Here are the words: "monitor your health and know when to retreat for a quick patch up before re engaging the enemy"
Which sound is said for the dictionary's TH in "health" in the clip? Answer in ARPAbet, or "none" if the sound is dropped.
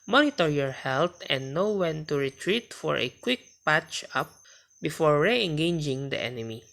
T